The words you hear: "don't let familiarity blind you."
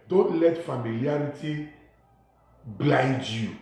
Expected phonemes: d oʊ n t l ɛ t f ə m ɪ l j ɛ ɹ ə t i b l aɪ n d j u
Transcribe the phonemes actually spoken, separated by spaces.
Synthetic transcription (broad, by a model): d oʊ n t l ɛ t f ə m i l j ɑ ɹ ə t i b l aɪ d j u